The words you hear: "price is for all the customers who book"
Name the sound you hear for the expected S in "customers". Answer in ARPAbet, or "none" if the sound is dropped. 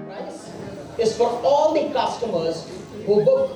S